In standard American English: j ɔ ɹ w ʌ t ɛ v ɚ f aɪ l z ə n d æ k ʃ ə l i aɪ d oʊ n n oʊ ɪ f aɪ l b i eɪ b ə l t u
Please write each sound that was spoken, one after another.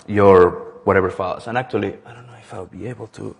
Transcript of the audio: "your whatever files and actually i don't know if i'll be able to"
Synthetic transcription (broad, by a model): j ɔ ɹ w ʌ t ɛ v ɚ f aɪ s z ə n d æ k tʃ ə l i aɪ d oʊ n n oʊ ɪ f aɪ w b i eɪ b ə l t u